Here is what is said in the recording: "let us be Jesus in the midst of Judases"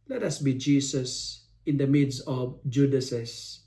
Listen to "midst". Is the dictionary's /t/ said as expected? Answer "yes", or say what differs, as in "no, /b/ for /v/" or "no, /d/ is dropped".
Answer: no, /t/ is dropped